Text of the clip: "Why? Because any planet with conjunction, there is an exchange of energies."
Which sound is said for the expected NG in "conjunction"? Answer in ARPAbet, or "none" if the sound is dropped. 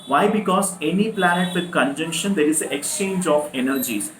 NG